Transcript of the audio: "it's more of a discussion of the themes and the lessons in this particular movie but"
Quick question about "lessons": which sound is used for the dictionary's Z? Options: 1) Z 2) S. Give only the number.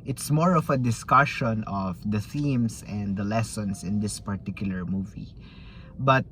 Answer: 2